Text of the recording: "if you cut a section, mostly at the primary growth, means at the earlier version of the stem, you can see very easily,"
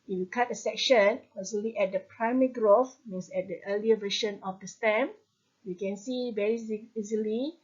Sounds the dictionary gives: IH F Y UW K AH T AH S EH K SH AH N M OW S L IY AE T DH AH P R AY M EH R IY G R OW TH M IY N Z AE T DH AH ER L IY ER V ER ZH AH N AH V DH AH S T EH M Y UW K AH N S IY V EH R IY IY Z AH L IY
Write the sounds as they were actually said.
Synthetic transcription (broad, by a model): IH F Y UW K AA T AH S EH K SH AH N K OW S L IY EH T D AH P R AY M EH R IY G R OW F M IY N S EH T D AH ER L IY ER V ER SH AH N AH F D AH S T EH M Y UW K AH N S IY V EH R IY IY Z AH L IY